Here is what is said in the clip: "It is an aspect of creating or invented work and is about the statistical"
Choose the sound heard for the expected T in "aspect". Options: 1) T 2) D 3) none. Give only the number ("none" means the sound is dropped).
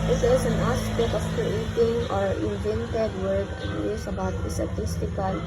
3